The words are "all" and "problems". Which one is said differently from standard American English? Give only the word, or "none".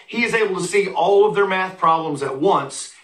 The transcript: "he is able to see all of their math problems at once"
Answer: none